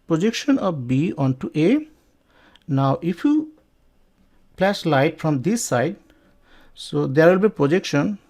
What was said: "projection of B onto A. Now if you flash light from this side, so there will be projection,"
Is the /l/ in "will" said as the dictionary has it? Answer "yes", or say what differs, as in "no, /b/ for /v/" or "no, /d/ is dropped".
yes